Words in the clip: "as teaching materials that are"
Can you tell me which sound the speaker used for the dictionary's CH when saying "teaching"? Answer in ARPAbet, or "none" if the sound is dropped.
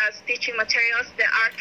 CH